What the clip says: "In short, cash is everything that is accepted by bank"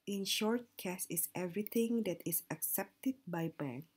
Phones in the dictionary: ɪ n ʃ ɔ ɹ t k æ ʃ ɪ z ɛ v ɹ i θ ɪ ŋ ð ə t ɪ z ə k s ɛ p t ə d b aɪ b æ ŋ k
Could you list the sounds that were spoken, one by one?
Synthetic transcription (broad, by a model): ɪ n ʃ ɔ ɹ t k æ s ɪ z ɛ v ɹ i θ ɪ ŋ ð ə t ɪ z ə k s ɛ p t ə d b aɪ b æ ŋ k